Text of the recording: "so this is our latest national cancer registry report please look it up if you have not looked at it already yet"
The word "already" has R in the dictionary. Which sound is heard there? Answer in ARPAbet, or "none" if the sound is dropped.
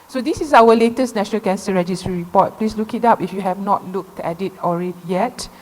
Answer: R